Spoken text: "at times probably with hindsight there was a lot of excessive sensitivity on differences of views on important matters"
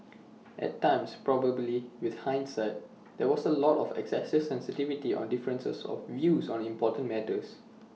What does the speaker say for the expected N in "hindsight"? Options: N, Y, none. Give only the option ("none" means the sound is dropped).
N